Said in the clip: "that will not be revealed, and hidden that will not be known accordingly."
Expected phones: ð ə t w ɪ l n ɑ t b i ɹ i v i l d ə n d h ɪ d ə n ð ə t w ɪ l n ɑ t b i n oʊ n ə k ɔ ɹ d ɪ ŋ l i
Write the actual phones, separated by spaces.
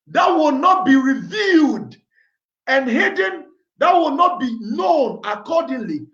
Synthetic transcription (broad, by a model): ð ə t w ɪ l n ɑ t b i ɹ i v i l d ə n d h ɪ d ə n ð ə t w ɪ l n ɑ t b i n oʊ n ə k ɔ d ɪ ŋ l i